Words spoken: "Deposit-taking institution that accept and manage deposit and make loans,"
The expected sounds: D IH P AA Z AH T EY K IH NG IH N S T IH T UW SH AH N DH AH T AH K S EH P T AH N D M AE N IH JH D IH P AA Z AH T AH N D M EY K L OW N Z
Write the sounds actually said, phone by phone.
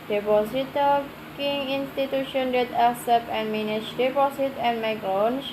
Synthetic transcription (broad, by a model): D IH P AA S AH T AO K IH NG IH N S T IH T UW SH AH N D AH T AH S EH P AH N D M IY N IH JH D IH P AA S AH T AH N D M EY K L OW N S